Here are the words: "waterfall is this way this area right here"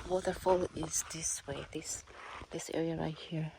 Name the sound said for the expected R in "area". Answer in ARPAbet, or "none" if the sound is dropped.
R